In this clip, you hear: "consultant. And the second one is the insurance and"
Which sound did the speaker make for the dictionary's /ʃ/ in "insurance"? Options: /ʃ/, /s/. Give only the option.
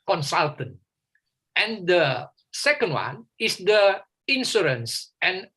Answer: /s/